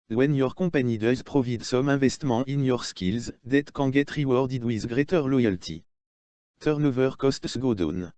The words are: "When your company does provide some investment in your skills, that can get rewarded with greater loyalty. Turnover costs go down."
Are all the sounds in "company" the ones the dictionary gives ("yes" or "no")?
no